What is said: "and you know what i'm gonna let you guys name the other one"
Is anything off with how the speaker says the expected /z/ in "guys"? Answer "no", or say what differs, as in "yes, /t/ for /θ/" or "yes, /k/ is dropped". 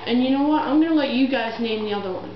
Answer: no